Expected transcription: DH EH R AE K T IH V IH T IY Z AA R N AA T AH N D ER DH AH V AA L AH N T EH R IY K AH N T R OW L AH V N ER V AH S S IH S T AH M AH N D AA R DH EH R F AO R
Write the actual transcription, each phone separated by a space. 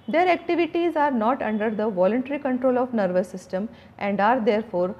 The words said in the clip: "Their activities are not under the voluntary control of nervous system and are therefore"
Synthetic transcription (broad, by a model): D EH R AE K T IH V IH T IY Z AA R N AA T AH N D ER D AH V AA L AH N T EH R IY K AH N T R OW L AH V N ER V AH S S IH S T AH M AH N D AA R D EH R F AO R